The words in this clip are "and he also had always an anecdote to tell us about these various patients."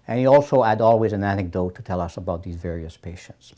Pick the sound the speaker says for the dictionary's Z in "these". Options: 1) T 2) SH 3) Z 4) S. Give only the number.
3